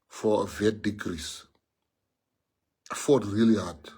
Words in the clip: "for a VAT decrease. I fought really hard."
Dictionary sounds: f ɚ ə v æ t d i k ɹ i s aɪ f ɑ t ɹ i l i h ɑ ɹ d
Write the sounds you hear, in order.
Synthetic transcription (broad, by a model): f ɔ ə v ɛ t d i k ɹ i s f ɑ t ɹ i l i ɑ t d